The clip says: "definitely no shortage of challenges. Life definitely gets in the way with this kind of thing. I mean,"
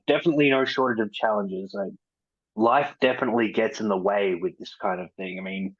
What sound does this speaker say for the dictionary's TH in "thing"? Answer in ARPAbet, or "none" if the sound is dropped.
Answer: TH